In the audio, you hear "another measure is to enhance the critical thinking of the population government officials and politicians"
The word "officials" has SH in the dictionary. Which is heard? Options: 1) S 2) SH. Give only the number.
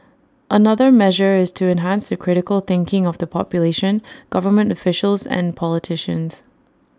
2